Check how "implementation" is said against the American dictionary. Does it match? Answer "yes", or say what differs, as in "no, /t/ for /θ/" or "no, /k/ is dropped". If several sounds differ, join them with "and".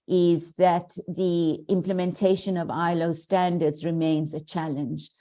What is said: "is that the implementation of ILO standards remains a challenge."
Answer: yes